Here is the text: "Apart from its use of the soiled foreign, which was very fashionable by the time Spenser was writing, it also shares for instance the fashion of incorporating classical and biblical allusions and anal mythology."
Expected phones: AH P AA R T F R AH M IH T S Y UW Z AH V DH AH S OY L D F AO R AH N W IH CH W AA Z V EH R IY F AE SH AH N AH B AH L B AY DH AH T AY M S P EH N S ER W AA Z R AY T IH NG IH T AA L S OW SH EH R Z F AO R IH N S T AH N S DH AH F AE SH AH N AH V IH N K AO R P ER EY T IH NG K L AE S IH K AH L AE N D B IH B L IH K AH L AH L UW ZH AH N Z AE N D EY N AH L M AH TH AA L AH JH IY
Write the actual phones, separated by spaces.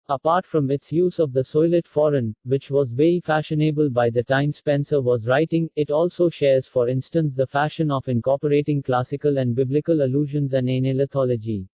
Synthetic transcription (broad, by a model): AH P AA R T F R AH M IH T S Y UW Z AH V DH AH S OY L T F AO R AH N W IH CH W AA Z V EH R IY F AE SH AH N AH B AH L B AY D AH T AY M S P EH N S ER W AA Z R AY T IH NG IH T AA L S OW SH EH R Z F AO R IH N S T AH N S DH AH F AE SH AH N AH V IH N K AO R P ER EY T IH NG K L AE S IH K AH L AE N D B IH B L IH K AH L AH L UW ZH AH N Z AE N D EY N AH L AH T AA L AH JH IY